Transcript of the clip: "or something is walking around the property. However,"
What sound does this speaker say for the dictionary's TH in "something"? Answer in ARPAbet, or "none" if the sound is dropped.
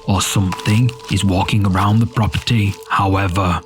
TH